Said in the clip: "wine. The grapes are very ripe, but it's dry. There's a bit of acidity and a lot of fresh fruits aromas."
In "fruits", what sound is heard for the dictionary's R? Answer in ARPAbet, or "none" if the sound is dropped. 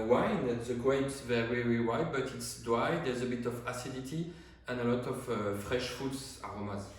none